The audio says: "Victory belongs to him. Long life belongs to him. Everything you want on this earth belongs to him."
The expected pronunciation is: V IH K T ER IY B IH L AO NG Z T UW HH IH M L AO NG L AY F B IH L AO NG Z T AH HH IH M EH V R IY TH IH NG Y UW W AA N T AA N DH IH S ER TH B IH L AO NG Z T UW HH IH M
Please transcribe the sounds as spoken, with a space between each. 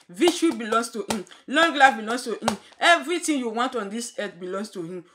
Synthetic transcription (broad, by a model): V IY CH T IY B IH L AO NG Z T UW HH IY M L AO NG L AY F B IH L AO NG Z T AH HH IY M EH V R IY T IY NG Y UW W AA N T AA N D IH S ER T B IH L AO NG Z T UW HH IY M